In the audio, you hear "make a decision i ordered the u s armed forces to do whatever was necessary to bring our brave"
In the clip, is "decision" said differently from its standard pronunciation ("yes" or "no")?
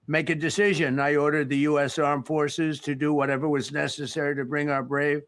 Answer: no